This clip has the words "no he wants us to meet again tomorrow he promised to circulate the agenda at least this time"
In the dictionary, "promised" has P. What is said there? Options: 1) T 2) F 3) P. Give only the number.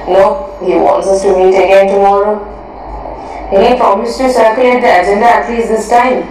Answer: 2